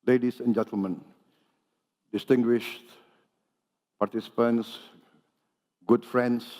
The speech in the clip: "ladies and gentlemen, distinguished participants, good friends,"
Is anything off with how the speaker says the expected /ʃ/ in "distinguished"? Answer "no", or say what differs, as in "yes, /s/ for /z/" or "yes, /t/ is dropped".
no